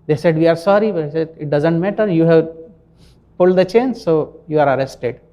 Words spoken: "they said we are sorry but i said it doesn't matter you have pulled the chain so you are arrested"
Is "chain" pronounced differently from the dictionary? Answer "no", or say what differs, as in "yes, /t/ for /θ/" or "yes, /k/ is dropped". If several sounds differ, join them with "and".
no